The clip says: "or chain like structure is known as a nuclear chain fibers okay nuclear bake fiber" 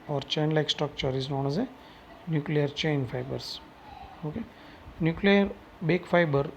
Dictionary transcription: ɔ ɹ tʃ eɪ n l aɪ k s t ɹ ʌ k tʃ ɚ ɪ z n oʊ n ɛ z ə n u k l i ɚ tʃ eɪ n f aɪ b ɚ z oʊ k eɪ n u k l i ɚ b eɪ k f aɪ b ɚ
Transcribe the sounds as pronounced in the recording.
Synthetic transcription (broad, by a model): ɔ ɹ tʃ eɪ n l aɪ k s t ɔ k tʃ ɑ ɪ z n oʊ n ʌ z ə n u k l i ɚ tʃ eɪ n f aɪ b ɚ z oʊ k eɪ n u k l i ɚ b eɪ k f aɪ b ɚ